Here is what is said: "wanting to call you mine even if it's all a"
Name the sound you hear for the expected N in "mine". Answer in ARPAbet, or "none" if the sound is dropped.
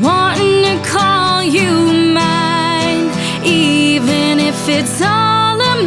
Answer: none